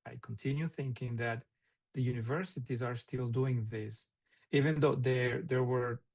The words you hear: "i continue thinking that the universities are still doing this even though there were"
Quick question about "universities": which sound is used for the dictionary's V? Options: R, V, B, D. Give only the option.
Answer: V